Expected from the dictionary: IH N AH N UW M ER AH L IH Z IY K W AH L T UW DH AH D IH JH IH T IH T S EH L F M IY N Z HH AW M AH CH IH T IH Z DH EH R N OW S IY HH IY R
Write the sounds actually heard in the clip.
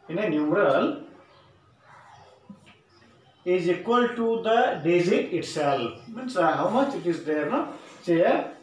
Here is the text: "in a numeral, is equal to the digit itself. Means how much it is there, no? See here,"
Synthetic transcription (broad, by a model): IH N AH N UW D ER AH L IH Z IY K W AH L T UW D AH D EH Z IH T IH T S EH L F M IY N S HH AW M AH CH IH T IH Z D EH R N OW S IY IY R